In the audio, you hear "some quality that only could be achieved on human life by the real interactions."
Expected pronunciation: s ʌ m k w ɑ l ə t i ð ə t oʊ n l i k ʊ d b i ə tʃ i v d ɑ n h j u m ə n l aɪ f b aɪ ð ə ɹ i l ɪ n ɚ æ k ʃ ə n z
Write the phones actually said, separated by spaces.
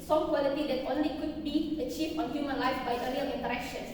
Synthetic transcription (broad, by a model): s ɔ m k w ɑ l ə t i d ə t oʊ n l i k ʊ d b i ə tʃ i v ɑ n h j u m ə n l aɪ f b aɪ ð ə l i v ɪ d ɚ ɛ k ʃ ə n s